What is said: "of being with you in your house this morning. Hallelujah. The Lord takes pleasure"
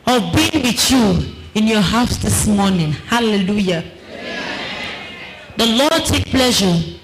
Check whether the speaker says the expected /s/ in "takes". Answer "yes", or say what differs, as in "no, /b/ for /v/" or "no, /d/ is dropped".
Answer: no, /s/ is dropped